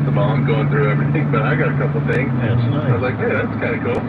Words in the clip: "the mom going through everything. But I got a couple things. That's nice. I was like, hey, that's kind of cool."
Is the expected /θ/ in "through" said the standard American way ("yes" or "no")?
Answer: yes